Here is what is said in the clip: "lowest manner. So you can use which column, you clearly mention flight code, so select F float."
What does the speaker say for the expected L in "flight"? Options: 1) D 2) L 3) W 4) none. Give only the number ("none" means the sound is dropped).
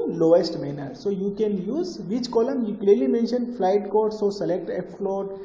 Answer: 2